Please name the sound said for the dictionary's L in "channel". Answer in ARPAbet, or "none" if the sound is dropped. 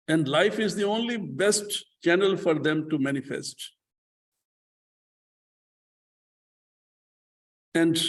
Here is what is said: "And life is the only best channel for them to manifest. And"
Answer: L